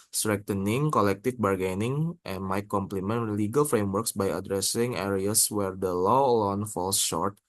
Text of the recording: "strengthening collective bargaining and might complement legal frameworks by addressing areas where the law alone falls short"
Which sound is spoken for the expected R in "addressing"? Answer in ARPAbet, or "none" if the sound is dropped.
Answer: R